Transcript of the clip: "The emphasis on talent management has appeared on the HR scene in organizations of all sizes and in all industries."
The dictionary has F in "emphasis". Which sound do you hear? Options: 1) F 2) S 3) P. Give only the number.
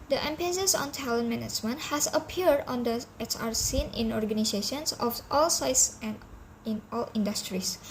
3